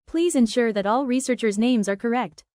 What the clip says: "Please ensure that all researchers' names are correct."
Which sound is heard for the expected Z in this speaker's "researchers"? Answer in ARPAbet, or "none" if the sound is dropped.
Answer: Z